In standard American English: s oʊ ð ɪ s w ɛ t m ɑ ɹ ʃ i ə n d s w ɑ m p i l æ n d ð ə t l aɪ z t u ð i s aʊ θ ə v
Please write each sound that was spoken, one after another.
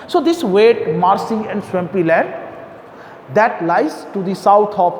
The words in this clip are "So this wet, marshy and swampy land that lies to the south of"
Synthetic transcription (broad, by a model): s oʊ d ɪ s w ɛ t m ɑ ɹ s i ə n d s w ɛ m p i l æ n d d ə t l aɪ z t u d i s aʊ t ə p